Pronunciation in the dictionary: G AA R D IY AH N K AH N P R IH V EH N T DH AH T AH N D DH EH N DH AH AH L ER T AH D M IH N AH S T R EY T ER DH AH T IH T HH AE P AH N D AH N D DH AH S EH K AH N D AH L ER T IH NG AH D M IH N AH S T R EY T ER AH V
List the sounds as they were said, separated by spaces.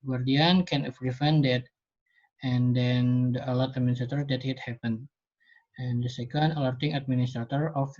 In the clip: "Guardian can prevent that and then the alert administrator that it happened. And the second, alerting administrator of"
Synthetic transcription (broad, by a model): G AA R D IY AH N K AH N F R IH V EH N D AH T AH N D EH N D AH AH L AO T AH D M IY N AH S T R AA T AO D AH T IH T HH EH P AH N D AH N D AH S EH K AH N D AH L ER T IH NG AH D M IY N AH S T R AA T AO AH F